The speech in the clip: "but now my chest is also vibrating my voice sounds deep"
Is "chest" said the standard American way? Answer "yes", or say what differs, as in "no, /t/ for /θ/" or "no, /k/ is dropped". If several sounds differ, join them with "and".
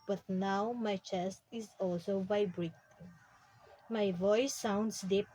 yes